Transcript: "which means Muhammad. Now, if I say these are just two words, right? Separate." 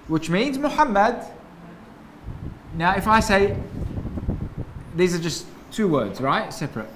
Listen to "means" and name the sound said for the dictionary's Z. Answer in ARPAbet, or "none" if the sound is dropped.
Z